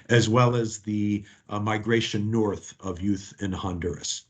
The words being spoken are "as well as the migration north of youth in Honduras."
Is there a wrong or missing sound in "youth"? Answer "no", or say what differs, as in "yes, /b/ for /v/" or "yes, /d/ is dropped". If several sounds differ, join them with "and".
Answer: no